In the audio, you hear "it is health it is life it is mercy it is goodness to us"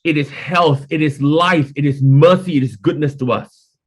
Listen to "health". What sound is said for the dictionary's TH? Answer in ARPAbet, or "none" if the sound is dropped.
TH